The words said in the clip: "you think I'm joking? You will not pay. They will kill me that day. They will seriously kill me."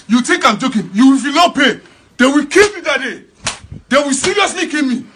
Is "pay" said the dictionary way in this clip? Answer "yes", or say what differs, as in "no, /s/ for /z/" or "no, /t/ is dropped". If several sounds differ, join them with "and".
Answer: yes